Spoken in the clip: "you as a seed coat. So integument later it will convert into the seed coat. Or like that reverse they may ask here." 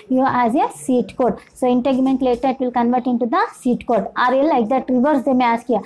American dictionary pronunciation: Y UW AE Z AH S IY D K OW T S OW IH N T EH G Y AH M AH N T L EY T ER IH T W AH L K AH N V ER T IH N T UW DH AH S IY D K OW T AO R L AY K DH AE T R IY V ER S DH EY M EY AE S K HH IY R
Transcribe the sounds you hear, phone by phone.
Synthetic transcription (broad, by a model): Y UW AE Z AH S IY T K OW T S OW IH N T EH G M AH N T L EY T ER IH T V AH L K AH N V ER T IH N T UW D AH S IY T K OW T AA R L AY K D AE T R IY V ER S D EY M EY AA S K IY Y